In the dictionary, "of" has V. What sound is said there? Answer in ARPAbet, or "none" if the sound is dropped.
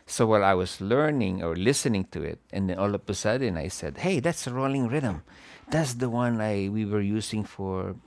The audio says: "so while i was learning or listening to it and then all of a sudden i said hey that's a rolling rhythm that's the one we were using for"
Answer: P